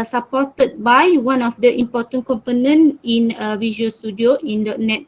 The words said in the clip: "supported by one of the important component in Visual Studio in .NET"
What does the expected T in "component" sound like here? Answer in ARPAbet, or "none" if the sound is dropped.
none